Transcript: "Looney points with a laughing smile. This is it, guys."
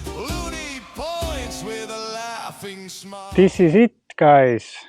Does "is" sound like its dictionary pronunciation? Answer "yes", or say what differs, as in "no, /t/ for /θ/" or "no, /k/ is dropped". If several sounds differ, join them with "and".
no, /s/ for /z/